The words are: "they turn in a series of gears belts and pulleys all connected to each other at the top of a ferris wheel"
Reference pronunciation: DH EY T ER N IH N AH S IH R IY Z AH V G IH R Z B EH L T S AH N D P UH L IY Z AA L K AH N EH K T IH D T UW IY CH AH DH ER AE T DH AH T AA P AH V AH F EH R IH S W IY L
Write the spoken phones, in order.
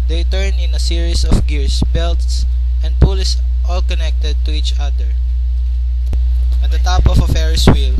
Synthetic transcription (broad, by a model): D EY T ER N IH N AH S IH R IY S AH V G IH R S B EH L T S AH N D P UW L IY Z AA L K AH N EH K T IH D T UW IY CH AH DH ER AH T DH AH T AA P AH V AH F EH R IH S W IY L